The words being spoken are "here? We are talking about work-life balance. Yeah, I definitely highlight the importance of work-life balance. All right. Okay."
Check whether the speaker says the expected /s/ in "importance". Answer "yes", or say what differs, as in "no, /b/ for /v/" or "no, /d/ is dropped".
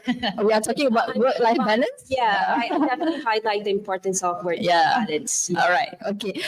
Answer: yes